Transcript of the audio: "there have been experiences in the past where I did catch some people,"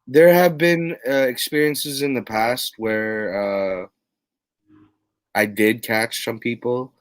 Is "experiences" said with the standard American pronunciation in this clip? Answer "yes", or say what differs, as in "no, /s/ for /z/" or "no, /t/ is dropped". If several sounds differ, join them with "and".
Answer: yes